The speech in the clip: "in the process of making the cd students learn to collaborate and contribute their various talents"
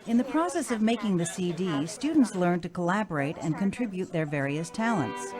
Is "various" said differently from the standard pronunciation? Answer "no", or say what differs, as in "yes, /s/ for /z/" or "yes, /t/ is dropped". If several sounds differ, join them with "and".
no